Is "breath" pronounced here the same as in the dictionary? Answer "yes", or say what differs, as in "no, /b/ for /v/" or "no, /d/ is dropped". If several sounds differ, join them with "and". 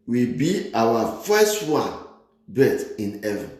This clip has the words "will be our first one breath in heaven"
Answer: no, /ɹ/ is dropped and /t/ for /θ/